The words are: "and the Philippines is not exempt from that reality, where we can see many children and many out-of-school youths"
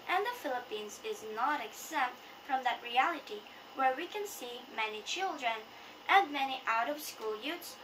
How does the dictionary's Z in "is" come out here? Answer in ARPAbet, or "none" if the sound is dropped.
Z